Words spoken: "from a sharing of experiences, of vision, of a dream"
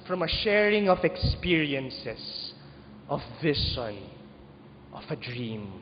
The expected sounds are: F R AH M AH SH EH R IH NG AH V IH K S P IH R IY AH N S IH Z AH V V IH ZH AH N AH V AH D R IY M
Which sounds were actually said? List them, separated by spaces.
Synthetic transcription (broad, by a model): F R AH M AH SH EH R IH NG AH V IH K S P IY R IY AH N S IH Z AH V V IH S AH N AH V AH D R IY M